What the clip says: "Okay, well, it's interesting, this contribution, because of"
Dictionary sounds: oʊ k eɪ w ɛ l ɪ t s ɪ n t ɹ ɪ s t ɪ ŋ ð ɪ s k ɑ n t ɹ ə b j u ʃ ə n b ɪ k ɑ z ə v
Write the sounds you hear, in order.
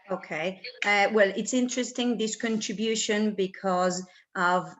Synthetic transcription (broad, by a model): oʊ k eɪ w ɛ l ɪ t s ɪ n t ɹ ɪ s t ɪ ŋ ð ɪ s k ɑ n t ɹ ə b j u ʃ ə n b ɪ k ɑ z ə v